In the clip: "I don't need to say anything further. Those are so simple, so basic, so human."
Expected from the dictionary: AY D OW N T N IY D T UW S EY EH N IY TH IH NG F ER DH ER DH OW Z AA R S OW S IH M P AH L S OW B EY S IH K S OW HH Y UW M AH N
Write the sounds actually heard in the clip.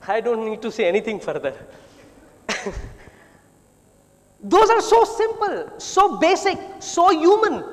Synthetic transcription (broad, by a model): AY D OW N T N IY D T UW S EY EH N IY T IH NG F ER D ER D OW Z AA R S OW S IH M P AH L S OW B EY S IH K S OW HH Y UW M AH N